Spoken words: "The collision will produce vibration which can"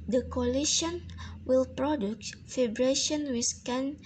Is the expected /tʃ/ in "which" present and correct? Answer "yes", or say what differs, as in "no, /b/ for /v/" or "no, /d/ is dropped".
no, /s/ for /tʃ/